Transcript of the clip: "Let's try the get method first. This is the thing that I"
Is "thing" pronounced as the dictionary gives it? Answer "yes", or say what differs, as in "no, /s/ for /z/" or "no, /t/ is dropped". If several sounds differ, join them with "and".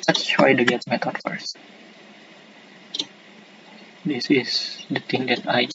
no, /t/ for /θ/